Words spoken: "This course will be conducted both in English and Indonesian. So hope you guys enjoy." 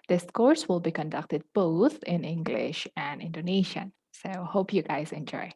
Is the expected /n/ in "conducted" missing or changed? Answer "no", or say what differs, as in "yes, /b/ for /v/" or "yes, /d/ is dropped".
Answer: no